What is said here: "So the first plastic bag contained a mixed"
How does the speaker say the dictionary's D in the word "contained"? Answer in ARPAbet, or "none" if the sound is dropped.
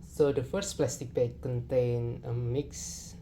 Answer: none